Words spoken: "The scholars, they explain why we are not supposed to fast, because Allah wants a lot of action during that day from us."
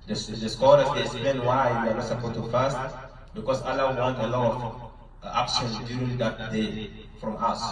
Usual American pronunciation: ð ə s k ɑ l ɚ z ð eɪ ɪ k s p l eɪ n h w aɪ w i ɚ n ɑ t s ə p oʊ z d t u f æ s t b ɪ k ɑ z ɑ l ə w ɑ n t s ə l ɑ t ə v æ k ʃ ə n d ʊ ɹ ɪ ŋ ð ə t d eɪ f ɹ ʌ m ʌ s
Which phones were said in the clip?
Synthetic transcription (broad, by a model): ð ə s k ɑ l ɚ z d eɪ ɪ k s p l eɪ n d w aɪ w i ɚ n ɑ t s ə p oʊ t u f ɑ s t b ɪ k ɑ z ɑ l ə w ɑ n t ə l ɑ t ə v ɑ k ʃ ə n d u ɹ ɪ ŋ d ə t d eɪ f ɹ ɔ m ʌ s